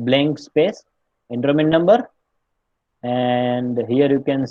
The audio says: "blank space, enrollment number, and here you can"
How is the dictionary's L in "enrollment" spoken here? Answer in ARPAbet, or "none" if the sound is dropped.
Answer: none